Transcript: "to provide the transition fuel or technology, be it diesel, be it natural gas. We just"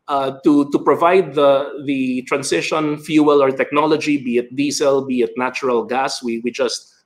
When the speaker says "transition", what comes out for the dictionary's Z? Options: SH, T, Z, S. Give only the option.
S